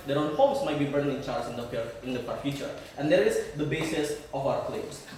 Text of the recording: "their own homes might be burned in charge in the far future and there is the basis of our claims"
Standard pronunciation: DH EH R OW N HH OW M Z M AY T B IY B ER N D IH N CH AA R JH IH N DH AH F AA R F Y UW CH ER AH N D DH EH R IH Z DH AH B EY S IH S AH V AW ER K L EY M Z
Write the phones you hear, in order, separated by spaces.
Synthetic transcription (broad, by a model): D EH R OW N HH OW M S M AY T B IY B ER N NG IH N CH AA R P IH N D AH P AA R F Y UW CH ER AH N D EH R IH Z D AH B EY S IH S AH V AW ER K L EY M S